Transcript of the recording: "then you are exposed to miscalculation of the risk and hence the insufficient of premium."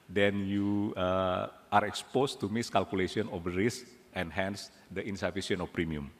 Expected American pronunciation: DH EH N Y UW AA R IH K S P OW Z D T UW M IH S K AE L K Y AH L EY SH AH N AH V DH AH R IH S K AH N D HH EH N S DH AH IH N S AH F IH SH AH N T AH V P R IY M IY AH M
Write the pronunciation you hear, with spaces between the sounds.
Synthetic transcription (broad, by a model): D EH N Y UW AA R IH K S P OW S T UW M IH S K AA L K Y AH L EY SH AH N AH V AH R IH S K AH N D HH EH N S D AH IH N S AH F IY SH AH N AH F P R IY M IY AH M